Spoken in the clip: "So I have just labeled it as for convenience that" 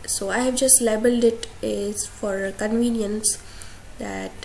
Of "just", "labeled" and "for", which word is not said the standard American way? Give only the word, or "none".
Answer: none